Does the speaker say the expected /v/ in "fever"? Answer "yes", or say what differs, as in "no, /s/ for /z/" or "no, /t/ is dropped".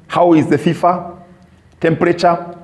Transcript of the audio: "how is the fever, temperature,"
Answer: no, /f/ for /v/